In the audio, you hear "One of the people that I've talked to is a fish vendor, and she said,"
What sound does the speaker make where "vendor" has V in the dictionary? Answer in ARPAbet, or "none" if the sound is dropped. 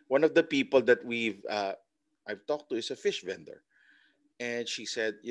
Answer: V